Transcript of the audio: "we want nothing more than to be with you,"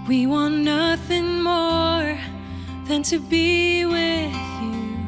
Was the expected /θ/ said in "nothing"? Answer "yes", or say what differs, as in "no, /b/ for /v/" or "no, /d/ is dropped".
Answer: yes